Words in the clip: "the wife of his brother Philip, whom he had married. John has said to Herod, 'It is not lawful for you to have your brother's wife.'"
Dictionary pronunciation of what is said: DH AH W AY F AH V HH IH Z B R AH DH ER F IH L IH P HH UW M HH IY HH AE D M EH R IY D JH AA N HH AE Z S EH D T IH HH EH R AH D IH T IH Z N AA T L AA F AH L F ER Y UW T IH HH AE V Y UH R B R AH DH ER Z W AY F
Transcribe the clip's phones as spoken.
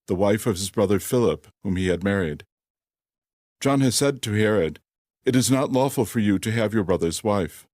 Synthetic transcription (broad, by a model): DH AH W AY F AH V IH Z B R AH DH ER F IH L IH P HH UW M IY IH D M EH R IY D JH AA N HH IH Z S EH D T IH HH EH R AH D IH T IH Z N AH T L AA F L F ER Y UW T IH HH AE V Y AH R B R AH DH ER Z W AY F